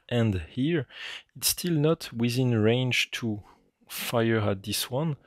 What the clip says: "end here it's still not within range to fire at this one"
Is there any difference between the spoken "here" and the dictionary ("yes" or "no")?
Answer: no